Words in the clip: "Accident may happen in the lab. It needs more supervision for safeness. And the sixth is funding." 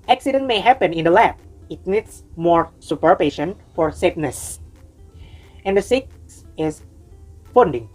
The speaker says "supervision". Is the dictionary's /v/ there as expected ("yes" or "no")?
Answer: no